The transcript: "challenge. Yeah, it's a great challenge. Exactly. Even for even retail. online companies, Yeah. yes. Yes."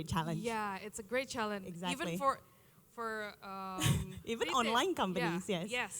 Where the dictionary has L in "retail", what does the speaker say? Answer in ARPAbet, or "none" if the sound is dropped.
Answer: N